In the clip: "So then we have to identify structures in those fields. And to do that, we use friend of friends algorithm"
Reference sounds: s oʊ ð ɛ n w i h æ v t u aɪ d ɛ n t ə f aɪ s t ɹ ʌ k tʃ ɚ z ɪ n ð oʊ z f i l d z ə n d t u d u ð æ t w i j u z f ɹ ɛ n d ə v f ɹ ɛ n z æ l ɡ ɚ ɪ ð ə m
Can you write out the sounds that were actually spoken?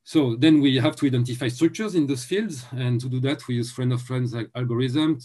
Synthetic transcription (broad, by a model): s oʊ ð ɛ n w i h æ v t u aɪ d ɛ n t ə f aɪ s t ɹ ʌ k tʃ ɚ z ɪ n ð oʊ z f i l d z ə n t u d u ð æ t w i j u z f ɹ ɛ n d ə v f ɹ ɛ n z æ l ɡ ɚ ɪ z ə m